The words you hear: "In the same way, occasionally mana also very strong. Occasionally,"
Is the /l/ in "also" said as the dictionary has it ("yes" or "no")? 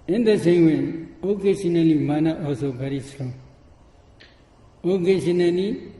no